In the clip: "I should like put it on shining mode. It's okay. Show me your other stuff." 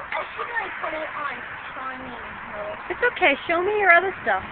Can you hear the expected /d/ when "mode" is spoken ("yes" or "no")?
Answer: no